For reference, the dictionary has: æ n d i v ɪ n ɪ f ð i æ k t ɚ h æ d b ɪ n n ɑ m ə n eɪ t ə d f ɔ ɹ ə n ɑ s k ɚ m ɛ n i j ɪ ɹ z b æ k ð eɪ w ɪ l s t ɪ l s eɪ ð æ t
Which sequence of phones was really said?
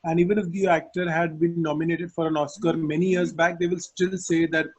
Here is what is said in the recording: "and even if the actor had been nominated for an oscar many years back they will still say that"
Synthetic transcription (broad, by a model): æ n d i v ɪ n ɪ f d i æ k t ɚ h æ d b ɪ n n ɑ m ə n eɪ t ə d f ɔ ɹ ə n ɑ s k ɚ m ɛ n i j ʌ ɹ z b æ k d eɪ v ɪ l s t ɪ l s eɪ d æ t